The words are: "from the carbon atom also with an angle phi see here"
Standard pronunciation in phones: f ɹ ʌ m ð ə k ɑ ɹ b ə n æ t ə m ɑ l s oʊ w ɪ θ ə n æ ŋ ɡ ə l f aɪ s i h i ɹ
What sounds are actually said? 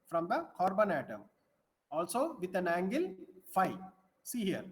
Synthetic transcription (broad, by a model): f ɹ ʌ m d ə k ɑ ɹ b ə n æ t ə m ɑ l s oʊ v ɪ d ə n æ ŋ ɡ ə l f aɪ s i h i ɹ